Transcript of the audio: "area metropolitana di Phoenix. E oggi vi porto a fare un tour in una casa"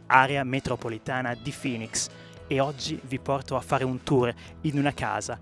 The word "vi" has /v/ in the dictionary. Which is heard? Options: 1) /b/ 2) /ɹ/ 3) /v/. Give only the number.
3